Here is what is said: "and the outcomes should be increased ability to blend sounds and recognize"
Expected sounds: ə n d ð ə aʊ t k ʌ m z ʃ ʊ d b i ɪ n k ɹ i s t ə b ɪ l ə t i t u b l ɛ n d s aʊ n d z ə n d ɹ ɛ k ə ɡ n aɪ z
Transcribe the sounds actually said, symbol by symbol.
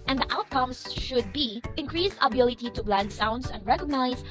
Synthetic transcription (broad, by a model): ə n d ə aʊ t k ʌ m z ʃ ʊ d b i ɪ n k ɹ i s ə b ɪ l ə t i t u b l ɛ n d s aʊ n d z ə n d ɹ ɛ k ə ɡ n aɪ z